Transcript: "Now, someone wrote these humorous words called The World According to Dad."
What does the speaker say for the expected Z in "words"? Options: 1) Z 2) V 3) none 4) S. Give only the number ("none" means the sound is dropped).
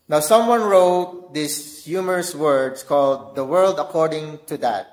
4